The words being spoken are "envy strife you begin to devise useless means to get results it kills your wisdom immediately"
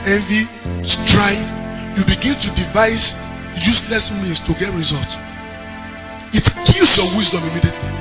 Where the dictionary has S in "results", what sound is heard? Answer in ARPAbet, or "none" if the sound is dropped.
none